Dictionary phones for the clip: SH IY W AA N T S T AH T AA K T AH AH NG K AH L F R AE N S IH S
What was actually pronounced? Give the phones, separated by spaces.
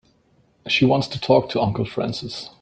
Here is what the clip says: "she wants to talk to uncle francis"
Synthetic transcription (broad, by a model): SH IY W AA N T S T AH T AA K T AH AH NG K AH L F R AE N S IH S